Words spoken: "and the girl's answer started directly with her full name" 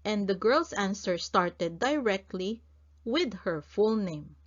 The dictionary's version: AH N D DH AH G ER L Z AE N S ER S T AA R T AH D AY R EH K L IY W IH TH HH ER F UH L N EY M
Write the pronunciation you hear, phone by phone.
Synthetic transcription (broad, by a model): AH N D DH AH G ER L S AE N S ER S T AA R T AH D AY R EH K L IY W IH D HH ER F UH L N EY M